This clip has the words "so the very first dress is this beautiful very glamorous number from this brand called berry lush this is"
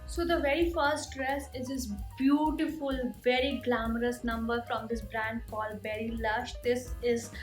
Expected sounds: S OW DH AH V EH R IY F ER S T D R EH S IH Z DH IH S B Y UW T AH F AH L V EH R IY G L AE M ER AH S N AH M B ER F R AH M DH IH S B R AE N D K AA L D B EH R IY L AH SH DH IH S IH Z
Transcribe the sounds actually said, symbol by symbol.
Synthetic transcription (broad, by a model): S OW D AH V EH R IY F ER S T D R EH S IH Z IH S B Y UW T AH F AH L V EH R IY G L AE M ER AH S N AH M B ER F R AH M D IH S B R AE N D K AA L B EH R IY L AH SH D IH S IH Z